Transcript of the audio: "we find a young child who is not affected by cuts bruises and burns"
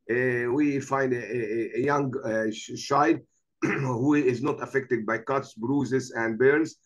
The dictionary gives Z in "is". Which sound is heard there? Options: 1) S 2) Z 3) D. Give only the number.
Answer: 2